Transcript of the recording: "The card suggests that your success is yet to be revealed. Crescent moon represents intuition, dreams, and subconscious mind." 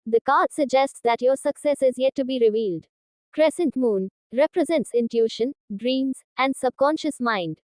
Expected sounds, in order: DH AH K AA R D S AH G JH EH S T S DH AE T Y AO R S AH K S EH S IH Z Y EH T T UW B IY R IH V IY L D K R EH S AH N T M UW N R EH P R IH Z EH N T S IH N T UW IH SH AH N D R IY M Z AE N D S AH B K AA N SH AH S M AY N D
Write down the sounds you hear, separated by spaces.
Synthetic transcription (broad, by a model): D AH K AA R D S AH G JH EH S T S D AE T Y AO R S AH K S EH S IH Z Y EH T T UW B IY R IH V IY L D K R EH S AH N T M UW N R EH P R IH Z EH N T S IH N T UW SH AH N D R IY M Z AE N D S AH B K AA N SH AH S M AY N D